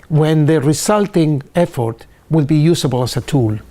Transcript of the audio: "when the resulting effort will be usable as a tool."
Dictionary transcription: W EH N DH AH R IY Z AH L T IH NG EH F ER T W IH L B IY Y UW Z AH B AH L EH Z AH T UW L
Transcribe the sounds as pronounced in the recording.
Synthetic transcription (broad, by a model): W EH N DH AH R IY S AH L T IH NG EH F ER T W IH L B IY Y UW S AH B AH L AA S AH T UW L